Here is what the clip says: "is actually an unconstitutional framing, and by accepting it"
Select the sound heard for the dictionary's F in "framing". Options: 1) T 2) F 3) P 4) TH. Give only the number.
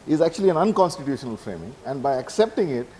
2